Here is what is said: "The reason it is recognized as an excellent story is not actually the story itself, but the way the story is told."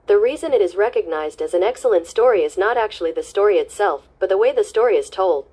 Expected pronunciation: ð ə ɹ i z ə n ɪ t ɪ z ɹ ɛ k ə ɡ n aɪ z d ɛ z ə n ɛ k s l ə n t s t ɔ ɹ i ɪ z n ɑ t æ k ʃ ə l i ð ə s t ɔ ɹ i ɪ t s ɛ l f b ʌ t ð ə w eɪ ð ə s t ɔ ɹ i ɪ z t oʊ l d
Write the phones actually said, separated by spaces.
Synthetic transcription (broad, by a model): ð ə ɹ i z ə n ɪ t ɪ z ɹ ɛ k ə ɡ n aɪ z d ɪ z n ɛ k s l ə n t s t ɔ ɹ i ɪ z n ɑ t æ k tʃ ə l i ð ə s t ɔ ɹ i ɪ t s ɛ l f b ʌ t ð ə w eɪ ð ə s t ɔ ɹ i ɪ z t oʊ l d